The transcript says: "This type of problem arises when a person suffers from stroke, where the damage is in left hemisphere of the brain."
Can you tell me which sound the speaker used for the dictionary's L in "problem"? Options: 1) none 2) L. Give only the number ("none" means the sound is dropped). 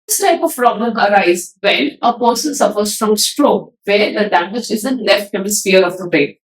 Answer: 1